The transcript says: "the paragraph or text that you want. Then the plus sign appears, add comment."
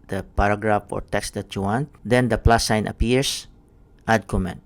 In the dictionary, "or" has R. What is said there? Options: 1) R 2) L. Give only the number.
1